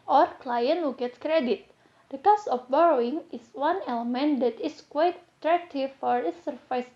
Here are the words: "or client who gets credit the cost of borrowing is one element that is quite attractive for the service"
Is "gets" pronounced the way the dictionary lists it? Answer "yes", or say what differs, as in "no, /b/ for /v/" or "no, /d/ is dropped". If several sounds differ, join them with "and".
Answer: no, /s/ is dropped